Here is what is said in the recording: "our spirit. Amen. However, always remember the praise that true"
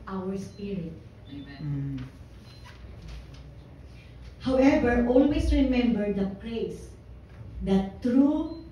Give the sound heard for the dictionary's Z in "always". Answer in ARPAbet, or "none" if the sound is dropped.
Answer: S